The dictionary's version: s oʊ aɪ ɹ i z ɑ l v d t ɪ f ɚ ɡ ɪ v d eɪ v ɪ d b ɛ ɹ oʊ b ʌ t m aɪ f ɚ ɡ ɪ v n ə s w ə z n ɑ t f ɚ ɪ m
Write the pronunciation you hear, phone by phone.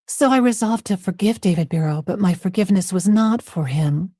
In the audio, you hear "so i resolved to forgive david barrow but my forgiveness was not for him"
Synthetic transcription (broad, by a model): s oʊ aɪ ɹ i z ɑ l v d t ɪ f ɚ ɡ ɪ v d eɪ v ɪ d b ɛ ɹ oʊ b ʌ t m aɪ f ɚ ɡ ɪ v n ə s w ə z n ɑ t f ɚ ɪ m